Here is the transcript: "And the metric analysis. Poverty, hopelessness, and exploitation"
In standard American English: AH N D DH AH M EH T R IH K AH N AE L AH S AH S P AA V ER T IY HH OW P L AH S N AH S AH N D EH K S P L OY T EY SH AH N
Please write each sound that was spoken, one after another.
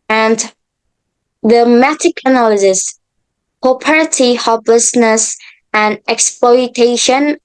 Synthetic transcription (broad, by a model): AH N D DH AH M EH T IH K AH N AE L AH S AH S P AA P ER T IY HH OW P L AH S N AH S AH N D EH K S P L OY T EY SH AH N